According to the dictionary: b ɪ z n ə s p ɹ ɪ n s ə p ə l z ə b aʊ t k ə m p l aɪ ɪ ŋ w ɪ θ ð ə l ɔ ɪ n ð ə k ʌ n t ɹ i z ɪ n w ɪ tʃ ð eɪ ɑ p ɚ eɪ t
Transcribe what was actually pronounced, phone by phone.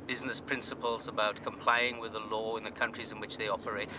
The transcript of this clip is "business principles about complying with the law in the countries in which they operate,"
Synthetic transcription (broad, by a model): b ɪ z n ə s p ɹ ɪ n s ə p ə l z ə b aʊ t k ə m p l aɪ ɪ ŋ w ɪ ð ə l ɔ ɪ n ð ə k ʌ n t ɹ i z ɪ n w ɪ tʃ ð eɪ ɑ p ɚ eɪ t